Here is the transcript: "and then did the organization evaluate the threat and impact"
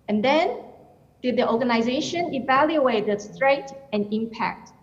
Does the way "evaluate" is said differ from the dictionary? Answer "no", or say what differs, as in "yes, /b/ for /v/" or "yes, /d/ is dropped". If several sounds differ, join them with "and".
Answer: no